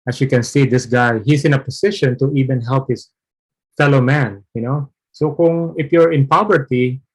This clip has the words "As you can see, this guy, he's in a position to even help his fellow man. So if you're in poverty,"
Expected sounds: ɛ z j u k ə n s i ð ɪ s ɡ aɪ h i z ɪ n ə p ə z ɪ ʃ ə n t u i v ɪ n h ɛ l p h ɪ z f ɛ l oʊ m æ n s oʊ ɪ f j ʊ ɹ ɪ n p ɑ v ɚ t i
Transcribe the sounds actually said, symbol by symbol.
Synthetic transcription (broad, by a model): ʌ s j u k ə n s i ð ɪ s ɡ aɪ h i s ɪ n ə p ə s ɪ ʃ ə n t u i v ɪ n h ɛ l p h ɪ s f ɛ l oʊ m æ n s oʊ ɪ f j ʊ ɹ ɪ n p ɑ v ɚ t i